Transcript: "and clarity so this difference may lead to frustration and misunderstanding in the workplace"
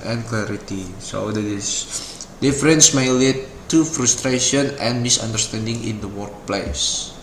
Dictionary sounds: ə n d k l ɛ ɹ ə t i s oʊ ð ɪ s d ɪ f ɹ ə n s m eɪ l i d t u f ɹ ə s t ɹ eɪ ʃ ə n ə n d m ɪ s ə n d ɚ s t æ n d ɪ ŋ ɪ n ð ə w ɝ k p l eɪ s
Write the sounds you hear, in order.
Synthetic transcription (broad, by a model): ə n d k l ɛ ɹ ə t i s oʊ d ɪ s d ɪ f ɹ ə n s m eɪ l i t u f ɹ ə s t ɹ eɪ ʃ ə n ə n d m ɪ s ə n d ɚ s t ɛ n d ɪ ŋ ɪ n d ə w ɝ k p l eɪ s